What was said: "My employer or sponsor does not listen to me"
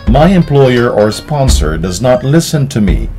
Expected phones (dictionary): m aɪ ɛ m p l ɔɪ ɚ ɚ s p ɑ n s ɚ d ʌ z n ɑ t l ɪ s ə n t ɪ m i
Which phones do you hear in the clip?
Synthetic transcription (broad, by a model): m aɪ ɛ m p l ɔɪ ɚ ɚ s p ɑ n s ɚ d ʌ z n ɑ t l ɪ s ə n t ɪ m i